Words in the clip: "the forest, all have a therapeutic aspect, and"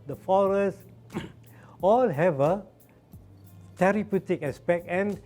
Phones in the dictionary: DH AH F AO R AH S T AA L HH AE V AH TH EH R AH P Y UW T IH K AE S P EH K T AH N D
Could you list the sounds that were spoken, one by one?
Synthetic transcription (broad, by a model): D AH F AO R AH S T AA L HH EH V AH T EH R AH P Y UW T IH K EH S P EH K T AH N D